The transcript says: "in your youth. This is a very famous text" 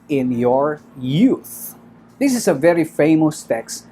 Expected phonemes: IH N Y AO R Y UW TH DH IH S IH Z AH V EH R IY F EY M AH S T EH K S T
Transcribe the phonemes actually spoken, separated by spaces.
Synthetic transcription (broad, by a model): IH N Y AO R Y UW TH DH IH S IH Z AH V EH R IY F EY M AH S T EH K S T